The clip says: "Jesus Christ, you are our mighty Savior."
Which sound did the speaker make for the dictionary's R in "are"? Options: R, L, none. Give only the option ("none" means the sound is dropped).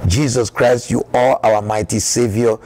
L